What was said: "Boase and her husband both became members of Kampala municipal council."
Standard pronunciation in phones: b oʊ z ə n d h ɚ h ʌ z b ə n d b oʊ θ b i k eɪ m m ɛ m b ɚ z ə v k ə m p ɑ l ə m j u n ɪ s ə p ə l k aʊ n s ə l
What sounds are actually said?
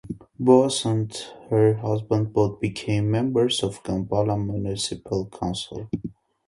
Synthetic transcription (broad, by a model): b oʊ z ə n d h ɚ h ʌ z b ə n d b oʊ t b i k eɪ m m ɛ m b ɚ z ə v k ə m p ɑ l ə m j u n ɪ s ə p ə l k aʊ n s ə l